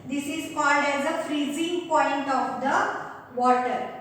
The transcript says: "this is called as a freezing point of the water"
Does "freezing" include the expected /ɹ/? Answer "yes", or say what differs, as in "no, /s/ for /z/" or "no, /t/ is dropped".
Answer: yes